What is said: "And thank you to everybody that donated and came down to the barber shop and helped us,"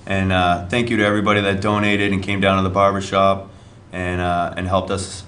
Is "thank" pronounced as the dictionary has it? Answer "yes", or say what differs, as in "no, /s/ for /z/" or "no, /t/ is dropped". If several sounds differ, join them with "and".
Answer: yes